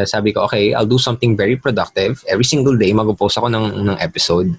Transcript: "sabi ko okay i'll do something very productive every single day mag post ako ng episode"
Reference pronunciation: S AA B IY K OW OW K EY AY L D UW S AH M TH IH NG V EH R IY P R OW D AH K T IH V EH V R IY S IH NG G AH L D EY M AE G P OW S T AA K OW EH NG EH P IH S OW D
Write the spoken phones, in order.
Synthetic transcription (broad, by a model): S AA B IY K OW OW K EY AY L D UW S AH M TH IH NG V EH R IY P R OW D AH K T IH V EH V R IY S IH NG G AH L D EY M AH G P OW S AH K OW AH NG EH P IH S OW D